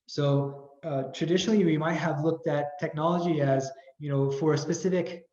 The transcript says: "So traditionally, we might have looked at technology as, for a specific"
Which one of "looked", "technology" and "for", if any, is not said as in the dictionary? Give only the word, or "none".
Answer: none